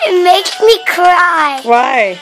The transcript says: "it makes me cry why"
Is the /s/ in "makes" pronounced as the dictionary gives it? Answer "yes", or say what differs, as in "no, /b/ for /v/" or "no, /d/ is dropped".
no, /s/ is dropped